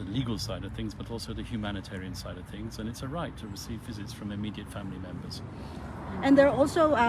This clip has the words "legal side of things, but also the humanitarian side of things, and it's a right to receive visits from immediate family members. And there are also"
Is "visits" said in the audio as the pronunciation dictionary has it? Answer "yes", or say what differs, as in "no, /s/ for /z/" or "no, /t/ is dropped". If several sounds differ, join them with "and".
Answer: yes